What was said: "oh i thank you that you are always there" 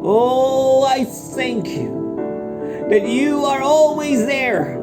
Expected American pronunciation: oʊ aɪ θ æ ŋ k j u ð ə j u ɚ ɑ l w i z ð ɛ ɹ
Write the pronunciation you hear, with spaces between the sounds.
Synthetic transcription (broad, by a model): oʊ aɪ θ æ ŋ k j u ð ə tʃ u ɚ ɑ l w i z ð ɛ ɹ